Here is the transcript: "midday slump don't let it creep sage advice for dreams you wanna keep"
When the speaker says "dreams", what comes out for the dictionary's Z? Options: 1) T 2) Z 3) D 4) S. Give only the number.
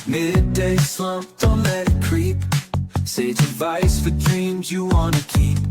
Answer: 2